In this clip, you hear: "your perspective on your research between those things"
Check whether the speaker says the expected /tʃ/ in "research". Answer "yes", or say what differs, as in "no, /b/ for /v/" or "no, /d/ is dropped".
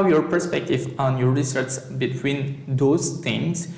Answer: no, /s/ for /tʃ/